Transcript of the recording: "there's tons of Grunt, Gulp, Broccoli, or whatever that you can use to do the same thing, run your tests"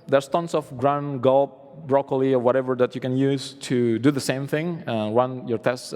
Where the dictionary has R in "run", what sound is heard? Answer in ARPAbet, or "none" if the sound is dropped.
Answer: W